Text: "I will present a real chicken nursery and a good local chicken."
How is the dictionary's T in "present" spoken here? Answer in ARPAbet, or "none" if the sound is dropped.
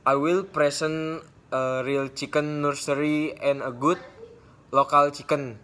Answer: none